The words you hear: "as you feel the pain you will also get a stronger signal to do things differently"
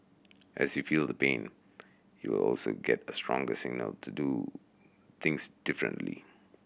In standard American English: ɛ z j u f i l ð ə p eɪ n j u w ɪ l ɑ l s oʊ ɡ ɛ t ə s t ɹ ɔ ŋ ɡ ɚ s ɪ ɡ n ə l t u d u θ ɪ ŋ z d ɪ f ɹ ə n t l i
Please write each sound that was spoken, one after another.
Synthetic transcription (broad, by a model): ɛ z j u f i l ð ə p eɪ n j u w ɪ l ɑ l s oʊ ɡ ɛ t ə s t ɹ ɔ ŋ ɡ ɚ s ɪ ɡ n ə l t u d u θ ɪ ŋ s d ɪ f ɹ ə n t l i